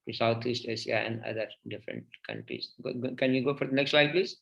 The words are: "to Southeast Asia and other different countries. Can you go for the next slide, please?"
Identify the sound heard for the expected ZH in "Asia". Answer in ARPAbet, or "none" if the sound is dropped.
SH